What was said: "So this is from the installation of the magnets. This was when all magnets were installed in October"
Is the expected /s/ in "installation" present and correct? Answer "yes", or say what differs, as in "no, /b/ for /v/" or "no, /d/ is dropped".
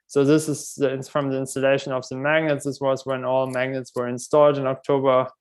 yes